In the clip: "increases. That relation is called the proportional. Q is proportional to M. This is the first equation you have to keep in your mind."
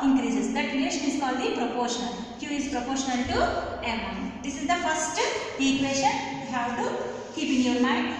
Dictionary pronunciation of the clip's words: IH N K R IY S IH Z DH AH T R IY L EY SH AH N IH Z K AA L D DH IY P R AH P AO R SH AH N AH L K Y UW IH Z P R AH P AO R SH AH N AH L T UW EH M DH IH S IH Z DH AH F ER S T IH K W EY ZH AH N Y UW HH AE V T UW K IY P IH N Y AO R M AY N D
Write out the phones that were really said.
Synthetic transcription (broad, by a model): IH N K R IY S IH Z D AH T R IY EY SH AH N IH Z K AA L D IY P R AH P AO R SH AH N AH L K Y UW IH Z P R AH P AO R SH AH N AH L T UW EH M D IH S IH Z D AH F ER S T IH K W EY SH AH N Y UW HH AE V T UW K IY P IH N Y AO R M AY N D